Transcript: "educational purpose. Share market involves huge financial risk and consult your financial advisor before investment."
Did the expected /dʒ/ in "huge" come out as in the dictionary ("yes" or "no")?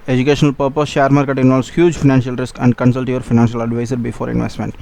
yes